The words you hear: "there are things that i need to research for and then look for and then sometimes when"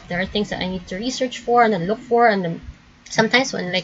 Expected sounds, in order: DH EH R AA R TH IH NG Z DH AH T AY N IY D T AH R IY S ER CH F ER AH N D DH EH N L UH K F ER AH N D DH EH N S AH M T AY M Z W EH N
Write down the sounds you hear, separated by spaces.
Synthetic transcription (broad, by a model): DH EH R AA R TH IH NG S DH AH T AY N IY D T AH R IY S ER CH F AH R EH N L UH K F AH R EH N S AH M T AY M S W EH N